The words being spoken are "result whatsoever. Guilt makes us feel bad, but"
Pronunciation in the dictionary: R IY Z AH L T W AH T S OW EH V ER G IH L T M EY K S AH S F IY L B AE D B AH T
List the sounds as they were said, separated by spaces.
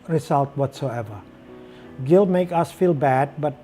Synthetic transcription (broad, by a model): R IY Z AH L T W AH T S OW EH V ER G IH L M EY K AH S F IY L B AE D B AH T